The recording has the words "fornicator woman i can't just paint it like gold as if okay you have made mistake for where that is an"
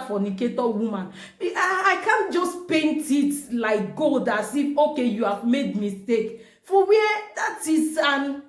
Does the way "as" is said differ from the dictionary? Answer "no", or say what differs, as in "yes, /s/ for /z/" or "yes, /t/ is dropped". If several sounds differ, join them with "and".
yes, /s/ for /z/